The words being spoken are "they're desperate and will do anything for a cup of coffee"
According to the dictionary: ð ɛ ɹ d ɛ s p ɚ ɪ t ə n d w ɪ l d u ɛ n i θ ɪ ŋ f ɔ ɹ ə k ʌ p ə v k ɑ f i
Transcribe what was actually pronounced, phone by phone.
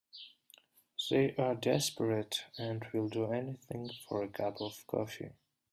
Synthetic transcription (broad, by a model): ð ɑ ɹ d ɛ s p ɚ ɪ t ə n d w ɪ l d u ɛ n i θ ɪ ŋ f ɔ ɹ ə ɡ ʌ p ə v k ɑ f i